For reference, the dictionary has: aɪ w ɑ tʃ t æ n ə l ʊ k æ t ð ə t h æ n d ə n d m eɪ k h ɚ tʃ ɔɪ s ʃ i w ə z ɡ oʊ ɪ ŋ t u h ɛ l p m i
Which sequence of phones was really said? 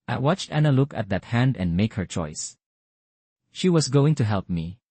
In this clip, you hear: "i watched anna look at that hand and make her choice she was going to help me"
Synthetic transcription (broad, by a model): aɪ w ɑ tʃ t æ n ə l ʊ k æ t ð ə t h æ n d ə n d m eɪ k h ɚ tʃ ɔɪ s ʃ i w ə s ɡ oʊ ɪ ŋ t u h ɛ l p m i